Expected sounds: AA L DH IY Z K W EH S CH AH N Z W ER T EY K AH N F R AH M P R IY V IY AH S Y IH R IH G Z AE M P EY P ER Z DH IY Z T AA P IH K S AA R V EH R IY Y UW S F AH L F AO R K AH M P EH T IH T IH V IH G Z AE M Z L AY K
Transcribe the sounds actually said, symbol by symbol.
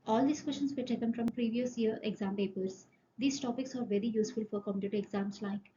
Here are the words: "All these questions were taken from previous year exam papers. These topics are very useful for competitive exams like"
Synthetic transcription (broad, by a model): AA L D IY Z K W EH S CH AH N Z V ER T EY K AH N F R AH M P R IY V IY AH S Y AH R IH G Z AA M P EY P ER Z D IY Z T AA P IH K S AA R V EH R IY Y UW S F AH L F AO R K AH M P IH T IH IH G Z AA M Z L AY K